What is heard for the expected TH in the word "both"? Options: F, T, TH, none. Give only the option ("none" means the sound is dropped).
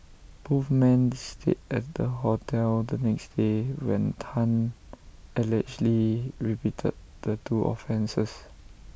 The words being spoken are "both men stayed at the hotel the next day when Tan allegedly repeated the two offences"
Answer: F